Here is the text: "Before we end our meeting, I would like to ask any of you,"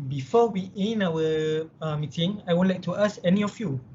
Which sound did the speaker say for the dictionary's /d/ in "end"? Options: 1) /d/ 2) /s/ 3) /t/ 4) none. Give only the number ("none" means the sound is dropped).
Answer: 4